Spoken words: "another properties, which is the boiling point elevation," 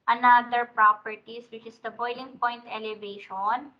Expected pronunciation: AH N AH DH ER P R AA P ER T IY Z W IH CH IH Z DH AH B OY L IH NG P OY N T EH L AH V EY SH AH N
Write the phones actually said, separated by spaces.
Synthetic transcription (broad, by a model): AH N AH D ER P R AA P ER T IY S W IH CH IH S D AH B OY L IH NG P OY N T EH L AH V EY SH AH N